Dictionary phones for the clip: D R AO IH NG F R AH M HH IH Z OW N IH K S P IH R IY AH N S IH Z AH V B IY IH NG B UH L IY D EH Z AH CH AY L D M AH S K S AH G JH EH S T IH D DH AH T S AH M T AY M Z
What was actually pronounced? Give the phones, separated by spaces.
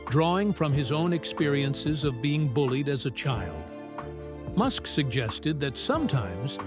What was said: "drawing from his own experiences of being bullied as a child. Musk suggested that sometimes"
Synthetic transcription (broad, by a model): D R AO IH NG F R AH M IH Z OW N IH K S P IH R IY AH N S IH Z AH V B IY IH NG B UH L IY D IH Z AH CH AY L D M AH S K S AH G JH EH S T IH D DH AH T S AH M T AY M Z